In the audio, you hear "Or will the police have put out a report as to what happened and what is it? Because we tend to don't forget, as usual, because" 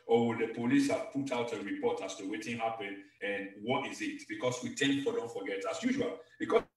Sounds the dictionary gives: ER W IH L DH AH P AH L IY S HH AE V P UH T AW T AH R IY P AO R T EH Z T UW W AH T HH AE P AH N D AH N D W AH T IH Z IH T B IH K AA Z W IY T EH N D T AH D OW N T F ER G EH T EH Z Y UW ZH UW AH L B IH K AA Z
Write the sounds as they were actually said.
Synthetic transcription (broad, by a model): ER W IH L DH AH P AH L IY S HH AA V P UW T AW T AH R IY P AO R T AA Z T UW W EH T HH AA P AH N AH N W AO T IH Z IH T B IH K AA S W IY T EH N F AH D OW N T F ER G EH T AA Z Y UW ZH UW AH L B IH K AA